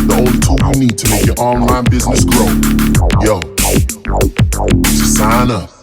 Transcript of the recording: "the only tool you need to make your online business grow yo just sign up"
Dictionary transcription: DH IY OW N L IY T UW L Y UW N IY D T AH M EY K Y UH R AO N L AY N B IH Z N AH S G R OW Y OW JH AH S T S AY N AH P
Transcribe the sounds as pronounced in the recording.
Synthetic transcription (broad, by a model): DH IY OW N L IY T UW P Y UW N IY D T AH M EY K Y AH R AO N L AY N B IH Z N AH S G R OW Y OW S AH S S AY N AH